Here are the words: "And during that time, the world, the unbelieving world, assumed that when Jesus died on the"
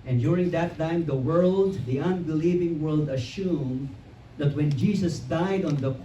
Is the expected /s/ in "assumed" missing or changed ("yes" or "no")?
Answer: yes